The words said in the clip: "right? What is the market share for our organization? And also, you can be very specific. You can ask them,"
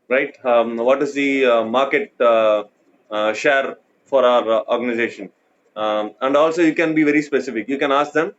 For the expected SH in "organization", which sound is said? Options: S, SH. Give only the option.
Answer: SH